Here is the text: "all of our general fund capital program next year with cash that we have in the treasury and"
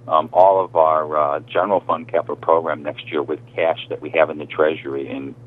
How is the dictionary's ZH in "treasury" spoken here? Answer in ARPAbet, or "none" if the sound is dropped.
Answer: ZH